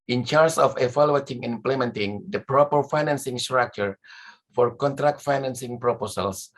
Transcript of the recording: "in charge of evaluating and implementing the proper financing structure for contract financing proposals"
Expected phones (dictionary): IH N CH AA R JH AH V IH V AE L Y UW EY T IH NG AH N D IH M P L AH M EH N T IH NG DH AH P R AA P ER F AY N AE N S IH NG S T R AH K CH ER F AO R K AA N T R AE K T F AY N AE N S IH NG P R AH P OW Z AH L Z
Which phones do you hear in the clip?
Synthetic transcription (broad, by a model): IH N CH AA R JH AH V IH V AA L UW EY T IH NG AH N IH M P L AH M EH N T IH NG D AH P R AA P ER F AY N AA N S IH NG S T R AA K CH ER F AO R K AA N T R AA K T F AY N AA N S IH NG P R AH P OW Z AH L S